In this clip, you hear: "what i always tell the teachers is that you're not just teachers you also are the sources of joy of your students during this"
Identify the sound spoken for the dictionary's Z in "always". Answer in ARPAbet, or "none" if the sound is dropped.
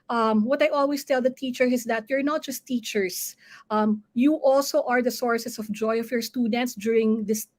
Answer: S